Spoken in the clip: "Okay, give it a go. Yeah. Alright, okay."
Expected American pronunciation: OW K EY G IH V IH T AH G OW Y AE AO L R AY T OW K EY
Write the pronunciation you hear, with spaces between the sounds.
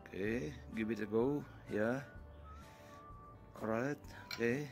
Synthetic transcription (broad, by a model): K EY G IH B IH T AH G OW Y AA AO R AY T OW K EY